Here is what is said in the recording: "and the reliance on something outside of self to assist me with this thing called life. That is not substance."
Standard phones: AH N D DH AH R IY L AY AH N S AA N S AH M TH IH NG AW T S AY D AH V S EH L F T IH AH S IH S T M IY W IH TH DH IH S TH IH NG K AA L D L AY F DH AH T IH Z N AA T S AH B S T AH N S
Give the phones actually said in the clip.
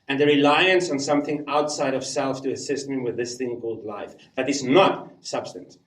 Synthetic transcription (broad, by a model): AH N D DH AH R IY L AY AH N S N S AH M TH IH NG AW T S AY D AH V S EH L F T IH AH S IH S T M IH W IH DH IH S TH IH NG K AA L D L AY F DH AH T IH Z N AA T S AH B S T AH N S